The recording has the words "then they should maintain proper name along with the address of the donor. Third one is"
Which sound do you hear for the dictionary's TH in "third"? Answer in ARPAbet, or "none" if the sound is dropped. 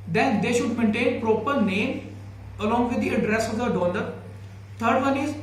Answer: T